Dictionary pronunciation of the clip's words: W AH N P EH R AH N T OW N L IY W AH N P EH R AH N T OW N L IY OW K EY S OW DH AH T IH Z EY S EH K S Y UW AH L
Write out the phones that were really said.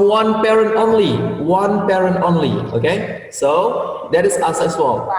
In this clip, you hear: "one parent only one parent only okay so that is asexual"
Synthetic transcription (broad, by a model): W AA N P EH R AH N T OW N L IY W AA N P EH R AH N T OW N L IY OW K EY S OW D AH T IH S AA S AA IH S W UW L